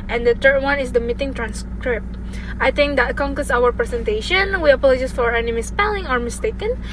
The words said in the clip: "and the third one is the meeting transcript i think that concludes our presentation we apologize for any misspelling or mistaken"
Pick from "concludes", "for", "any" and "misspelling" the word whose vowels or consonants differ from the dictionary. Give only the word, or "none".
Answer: concludes